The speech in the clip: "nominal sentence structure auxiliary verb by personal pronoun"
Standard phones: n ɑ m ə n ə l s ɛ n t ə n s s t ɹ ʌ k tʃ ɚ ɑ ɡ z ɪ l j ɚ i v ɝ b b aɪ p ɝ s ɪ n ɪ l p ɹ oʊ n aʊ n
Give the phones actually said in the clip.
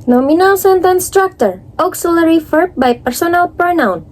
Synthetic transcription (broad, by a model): n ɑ m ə n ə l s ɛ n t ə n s s t ɹ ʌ k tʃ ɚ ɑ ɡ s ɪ l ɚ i f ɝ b b aɪ p ɝ s ɪ n ɪ l p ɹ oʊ n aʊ n